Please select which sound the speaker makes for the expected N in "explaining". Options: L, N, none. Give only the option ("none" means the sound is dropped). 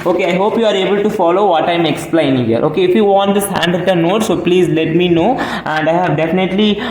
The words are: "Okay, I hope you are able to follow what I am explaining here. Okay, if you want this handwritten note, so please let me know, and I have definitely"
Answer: none